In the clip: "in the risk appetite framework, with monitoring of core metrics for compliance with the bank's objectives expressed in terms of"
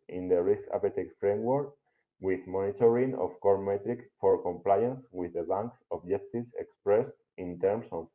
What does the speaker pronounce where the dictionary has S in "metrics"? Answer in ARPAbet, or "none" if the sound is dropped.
none